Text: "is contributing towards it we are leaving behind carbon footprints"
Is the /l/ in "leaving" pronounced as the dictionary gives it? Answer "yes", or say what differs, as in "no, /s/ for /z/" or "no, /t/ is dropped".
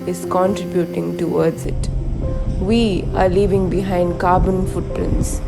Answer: yes